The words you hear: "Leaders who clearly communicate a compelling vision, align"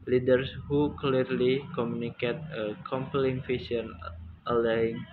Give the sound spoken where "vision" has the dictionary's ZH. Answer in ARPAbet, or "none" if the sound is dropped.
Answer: S